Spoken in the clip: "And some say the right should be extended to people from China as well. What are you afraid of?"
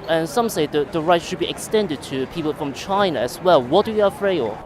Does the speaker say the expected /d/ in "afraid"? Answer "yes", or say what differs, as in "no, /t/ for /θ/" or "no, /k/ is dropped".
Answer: no, /d/ is dropped